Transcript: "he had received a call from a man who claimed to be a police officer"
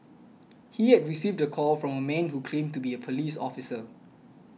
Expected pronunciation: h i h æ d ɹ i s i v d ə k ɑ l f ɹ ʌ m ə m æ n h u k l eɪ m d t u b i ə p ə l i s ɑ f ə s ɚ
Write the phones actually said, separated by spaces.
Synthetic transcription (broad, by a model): h i h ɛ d ɹ i s i v d ə k ɑ l f ɹ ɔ m ə m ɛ n h u k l eɪ m t u b i ə p ə l i s ɑ f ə s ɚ